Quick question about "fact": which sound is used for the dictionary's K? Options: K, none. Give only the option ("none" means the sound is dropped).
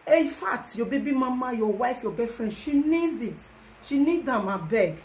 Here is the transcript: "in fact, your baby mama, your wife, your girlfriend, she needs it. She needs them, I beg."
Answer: none